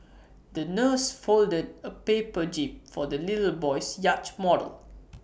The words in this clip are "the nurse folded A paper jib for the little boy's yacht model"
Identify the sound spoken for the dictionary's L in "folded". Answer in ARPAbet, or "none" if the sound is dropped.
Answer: L